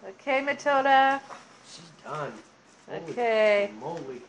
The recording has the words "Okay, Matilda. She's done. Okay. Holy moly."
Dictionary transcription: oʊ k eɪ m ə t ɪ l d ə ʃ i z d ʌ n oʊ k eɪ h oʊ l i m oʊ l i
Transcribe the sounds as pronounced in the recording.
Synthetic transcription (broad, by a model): oʊ k eɪ m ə t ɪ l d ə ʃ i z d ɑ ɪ oʊ k eɪ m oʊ i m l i